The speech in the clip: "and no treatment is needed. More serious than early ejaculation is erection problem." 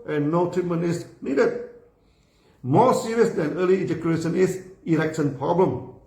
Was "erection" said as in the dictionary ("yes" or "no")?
no